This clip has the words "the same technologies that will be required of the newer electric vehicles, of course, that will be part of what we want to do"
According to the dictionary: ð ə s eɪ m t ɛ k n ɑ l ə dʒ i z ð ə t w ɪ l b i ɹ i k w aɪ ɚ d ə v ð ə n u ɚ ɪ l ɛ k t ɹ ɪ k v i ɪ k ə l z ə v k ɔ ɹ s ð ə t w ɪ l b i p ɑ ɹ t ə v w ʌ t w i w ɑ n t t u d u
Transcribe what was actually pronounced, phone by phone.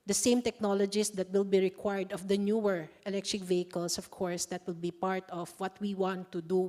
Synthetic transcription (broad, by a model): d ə s eɪ m t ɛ k n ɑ l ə dʒ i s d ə t w ɪ l b i ɹ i k w aɪ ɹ d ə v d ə n u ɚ ɪ l ɛ k t ɹ ɪ k v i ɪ k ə l s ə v k ɔ ɹ s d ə t w ɪ l b i p ɑ ɹ t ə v w ʌ t w i w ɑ n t t u d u